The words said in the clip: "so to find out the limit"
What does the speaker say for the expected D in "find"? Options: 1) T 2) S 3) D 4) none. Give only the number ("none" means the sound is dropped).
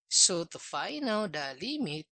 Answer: 4